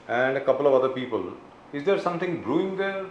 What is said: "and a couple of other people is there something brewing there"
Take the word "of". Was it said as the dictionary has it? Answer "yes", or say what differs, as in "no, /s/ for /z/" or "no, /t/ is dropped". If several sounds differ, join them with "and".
yes